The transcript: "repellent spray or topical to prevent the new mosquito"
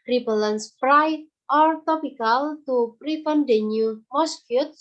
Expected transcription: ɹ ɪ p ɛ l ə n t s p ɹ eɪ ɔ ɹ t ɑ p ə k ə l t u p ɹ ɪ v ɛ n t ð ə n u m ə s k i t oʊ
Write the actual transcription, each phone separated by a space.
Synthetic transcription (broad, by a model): ɹ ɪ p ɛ l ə n s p ɹ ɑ ɔ ɹ t ɑ p ə k ə l t u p ɹ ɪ f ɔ n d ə n u m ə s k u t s